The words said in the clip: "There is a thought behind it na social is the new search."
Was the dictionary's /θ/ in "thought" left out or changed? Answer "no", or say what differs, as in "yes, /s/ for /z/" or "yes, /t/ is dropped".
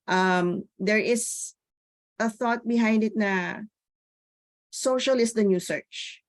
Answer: no